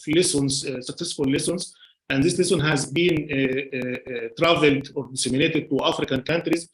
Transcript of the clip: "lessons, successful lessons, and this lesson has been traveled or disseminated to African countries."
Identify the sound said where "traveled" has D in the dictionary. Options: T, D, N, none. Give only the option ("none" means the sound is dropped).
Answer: D